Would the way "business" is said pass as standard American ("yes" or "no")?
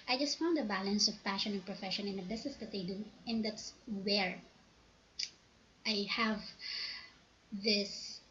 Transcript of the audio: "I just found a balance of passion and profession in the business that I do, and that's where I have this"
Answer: no